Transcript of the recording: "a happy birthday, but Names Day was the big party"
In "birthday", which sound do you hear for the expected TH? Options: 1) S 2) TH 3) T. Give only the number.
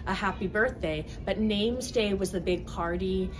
2